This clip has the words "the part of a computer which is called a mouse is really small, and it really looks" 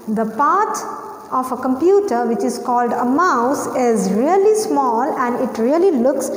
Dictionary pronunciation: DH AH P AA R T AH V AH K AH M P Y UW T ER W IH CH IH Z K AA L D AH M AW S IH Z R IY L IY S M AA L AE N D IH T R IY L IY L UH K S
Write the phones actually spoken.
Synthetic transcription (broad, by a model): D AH P AA R T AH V AH K AH M P Y UW T ER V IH CH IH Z K AA L D AH M AW S IH Z R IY L IY S M AA L AE N D IH T R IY L IY L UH K S